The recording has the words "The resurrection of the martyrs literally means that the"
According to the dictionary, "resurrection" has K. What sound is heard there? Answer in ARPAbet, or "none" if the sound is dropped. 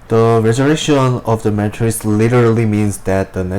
none